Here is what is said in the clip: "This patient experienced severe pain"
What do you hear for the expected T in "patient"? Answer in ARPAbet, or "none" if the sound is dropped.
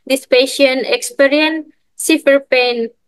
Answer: none